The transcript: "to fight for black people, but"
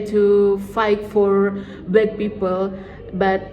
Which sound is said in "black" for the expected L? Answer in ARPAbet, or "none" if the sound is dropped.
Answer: none